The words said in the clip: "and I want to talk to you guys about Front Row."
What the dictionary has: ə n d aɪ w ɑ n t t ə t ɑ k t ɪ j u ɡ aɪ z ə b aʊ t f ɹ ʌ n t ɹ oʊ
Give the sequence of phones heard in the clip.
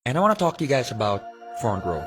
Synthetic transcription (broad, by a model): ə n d aɪ w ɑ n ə t ɑ k t ɪ j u ɡ aɪ z ə b aʊ t f ɹ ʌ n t ɹ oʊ